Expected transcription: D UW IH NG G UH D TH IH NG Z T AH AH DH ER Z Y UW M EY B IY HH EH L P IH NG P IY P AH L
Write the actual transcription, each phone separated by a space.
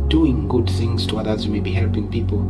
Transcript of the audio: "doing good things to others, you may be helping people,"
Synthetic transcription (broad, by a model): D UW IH NG G UH D TH IH NG Z T AH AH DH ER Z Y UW M EY B IY HH EH L P IH NG P IY P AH L